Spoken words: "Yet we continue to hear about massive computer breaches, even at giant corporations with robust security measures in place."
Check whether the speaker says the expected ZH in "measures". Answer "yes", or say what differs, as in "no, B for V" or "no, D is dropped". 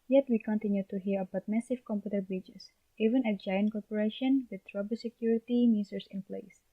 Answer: no, S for ZH